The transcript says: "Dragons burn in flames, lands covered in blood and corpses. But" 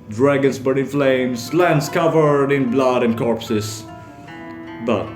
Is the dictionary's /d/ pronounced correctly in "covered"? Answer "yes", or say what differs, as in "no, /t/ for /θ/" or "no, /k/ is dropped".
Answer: yes